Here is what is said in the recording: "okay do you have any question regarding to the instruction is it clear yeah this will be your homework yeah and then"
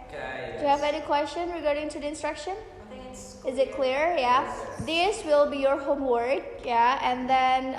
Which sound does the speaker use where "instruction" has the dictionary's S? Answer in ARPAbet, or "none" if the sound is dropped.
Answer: S